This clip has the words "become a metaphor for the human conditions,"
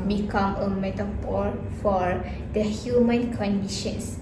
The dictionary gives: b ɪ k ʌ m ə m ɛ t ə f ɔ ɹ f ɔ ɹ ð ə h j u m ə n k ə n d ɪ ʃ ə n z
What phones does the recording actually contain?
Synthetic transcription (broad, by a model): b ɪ k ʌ m ə m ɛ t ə p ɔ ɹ f ɔ ɹ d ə h j u m ə n k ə n d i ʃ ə n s